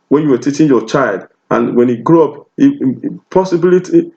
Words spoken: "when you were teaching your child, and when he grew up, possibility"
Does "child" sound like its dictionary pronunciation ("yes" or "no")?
yes